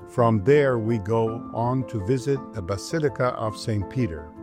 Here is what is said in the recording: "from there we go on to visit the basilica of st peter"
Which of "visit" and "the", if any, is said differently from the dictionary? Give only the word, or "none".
none